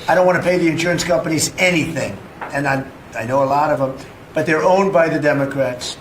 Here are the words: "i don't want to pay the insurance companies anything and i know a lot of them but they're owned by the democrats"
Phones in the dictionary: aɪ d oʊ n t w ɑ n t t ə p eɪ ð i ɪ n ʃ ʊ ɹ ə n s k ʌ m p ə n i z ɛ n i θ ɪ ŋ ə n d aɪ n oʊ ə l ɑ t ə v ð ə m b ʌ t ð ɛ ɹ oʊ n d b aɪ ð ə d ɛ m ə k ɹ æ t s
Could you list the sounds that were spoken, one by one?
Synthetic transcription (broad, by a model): aɪ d oʊ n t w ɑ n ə p eɪ ð i ɪ n ʃ ʊ ɹ ə n s k ʌ m p ə n i z ɛ n i θ ɪ ŋ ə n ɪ aɪ n oʊ ə l ɑ t ə v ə m b ʌ t ð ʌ ɹ oʊ n b aɪ ð ə d ɛ m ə k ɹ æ t s